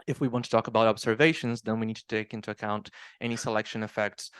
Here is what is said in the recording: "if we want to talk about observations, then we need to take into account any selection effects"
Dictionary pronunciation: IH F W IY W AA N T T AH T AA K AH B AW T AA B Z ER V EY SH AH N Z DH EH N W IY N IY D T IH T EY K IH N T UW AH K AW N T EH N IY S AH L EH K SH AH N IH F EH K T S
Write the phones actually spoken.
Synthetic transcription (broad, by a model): IH F W IY W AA N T T AH T AA K AH B AW T AA B Z ER V EY SH AH N Z DH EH N W IY N IY D T IH T EY K IH N T UW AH K AW N T EH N IY S AH L EH K SH AH N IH F EH K T S